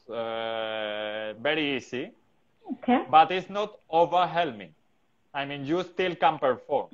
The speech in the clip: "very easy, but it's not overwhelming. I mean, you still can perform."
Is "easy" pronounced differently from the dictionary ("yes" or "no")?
yes